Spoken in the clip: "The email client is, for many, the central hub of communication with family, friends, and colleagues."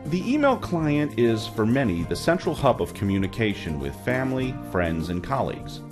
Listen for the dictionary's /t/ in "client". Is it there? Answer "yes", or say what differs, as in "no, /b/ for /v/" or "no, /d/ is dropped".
yes